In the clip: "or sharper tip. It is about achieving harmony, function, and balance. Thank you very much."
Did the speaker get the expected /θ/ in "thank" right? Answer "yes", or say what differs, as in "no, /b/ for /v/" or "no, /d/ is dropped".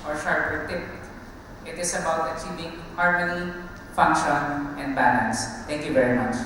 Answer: no, /t/ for /θ/